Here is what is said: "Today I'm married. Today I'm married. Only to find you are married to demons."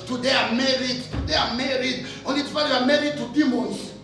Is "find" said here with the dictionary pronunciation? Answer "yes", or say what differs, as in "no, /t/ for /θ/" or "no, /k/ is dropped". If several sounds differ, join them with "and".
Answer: no, /n/ is dropped